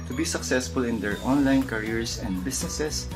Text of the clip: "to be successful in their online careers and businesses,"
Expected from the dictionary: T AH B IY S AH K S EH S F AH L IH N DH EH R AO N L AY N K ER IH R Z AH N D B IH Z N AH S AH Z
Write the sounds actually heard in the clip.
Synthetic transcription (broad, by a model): T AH B IY S AH K S EH S F AH L IH N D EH R AO N L AY N K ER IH R S AH N D B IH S N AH S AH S